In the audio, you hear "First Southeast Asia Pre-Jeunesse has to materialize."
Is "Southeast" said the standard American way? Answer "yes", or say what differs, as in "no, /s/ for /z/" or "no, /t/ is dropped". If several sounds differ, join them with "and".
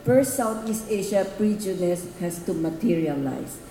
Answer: no, /t/ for /θ/